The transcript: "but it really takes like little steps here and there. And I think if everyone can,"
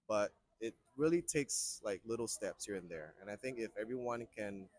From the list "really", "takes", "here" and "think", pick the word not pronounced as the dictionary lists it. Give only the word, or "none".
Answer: none